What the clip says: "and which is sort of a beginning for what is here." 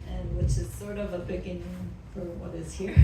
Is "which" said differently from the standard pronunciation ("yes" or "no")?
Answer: no